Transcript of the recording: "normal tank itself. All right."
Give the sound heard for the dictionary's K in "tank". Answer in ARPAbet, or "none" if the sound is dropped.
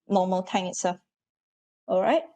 none